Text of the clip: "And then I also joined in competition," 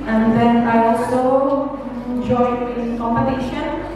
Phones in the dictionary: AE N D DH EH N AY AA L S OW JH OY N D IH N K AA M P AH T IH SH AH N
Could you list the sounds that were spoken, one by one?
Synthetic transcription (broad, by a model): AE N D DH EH N AY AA L S OW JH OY D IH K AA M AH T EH SH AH N